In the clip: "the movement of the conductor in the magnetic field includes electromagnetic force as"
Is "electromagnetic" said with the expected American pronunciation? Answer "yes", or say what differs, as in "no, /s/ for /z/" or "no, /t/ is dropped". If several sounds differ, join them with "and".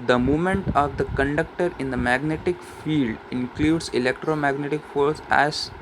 yes